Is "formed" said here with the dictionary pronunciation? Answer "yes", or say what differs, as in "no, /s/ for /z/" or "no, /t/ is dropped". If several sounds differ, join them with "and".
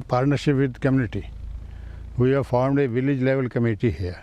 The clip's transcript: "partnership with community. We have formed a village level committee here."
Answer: yes